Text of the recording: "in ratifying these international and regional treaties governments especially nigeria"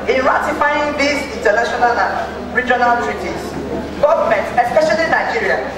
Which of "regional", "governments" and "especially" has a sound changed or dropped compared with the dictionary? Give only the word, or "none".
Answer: governments